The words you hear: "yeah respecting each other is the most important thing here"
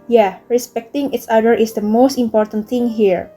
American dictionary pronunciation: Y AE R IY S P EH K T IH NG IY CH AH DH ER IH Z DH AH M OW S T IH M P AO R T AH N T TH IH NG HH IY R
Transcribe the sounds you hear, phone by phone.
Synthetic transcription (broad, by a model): Y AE R IY S P EH K T IH NG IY S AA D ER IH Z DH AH M OW S T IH M P AO R T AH N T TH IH NG HH IY R